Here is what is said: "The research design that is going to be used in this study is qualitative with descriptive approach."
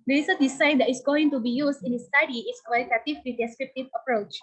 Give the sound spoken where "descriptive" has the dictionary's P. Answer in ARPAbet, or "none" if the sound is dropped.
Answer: P